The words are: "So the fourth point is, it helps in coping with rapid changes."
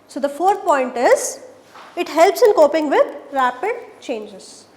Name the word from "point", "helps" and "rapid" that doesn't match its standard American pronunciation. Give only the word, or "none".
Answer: none